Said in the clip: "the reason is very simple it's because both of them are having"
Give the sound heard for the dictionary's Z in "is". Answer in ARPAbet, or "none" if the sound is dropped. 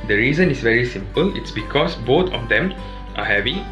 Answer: S